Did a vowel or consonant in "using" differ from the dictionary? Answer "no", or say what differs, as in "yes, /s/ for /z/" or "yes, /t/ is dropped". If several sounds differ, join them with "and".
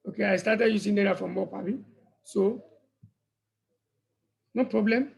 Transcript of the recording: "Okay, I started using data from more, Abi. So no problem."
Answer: yes, /s/ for /z/